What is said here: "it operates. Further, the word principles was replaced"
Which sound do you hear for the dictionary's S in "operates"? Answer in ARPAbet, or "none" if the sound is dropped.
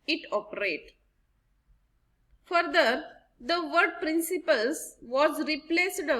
none